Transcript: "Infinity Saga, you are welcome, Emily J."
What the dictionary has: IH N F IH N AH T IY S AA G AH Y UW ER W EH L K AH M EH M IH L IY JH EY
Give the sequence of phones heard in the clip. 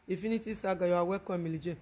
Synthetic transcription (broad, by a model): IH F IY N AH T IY S AA G AH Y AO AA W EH K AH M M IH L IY JH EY